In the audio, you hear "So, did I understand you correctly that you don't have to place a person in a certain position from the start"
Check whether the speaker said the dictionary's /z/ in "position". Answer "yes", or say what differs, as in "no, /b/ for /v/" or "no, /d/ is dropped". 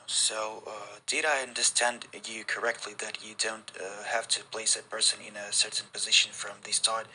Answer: yes